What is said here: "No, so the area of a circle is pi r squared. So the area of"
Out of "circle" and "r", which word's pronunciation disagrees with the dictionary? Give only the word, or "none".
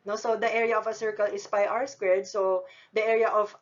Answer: r